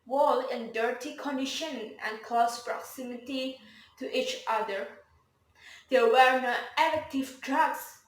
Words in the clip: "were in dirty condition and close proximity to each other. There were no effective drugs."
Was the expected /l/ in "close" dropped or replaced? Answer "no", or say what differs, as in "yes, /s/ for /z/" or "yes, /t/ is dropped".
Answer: yes, /l/ is dropped